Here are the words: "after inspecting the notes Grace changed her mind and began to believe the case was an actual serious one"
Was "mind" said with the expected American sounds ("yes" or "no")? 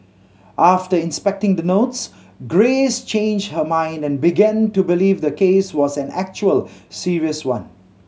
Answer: yes